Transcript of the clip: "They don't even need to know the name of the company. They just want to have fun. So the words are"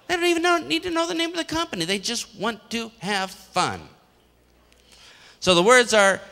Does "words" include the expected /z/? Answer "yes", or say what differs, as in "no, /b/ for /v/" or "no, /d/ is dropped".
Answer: yes